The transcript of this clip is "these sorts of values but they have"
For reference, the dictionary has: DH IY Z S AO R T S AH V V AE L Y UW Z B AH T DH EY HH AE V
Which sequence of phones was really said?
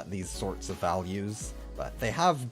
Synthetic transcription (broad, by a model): DH IY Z S AO R T S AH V V AE L Y UW Z B AH T DH EY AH V